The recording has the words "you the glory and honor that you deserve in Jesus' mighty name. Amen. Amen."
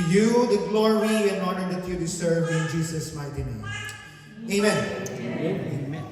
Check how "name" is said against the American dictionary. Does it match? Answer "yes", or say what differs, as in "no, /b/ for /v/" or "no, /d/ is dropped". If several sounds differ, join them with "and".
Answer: no, /m/ is dropped